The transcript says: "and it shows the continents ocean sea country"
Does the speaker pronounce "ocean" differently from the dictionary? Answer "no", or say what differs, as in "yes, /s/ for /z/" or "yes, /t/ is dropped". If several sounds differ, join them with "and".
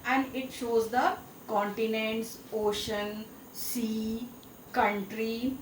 no